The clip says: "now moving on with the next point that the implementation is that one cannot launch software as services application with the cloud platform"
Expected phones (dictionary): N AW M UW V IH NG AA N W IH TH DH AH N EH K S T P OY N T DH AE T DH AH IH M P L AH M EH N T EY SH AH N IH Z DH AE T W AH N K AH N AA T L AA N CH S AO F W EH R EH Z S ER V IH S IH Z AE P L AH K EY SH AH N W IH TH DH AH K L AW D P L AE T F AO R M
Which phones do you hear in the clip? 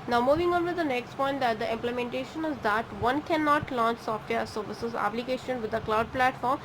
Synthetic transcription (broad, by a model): N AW M UW V IH NG AA N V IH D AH N EH K S T P OY N T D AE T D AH IH M P L AH M EH N T EY SH AH N IH Z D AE T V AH N K AH N AA T L AA N CH S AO F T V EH S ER V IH S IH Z AE P L AH K EY SH AH N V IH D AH K L AW D P L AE T F AO R M